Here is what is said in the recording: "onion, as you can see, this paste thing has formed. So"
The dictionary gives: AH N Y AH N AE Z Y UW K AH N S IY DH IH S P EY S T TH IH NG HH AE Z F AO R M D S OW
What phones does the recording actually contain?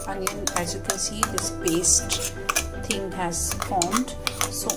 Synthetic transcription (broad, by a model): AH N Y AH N AE Z Y UW K AH N S IY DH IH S B EY S T T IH NG HH AE Z F AO R M D S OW